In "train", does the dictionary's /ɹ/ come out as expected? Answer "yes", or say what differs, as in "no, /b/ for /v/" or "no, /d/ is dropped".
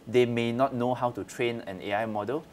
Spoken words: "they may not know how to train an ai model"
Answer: yes